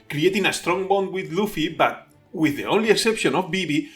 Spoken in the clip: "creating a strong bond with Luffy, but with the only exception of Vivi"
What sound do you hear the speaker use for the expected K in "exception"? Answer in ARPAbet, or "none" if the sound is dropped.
K